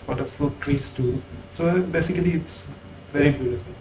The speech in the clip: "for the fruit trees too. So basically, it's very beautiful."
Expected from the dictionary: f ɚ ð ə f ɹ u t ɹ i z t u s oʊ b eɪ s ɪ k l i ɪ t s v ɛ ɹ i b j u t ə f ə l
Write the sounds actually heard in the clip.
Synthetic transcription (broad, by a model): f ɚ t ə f u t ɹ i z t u s oʊ b eɪ s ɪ k l i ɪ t s v ɛ ɹ i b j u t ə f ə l